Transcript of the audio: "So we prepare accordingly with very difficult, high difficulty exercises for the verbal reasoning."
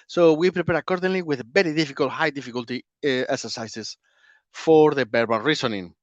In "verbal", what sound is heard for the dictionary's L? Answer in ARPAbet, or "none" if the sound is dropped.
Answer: N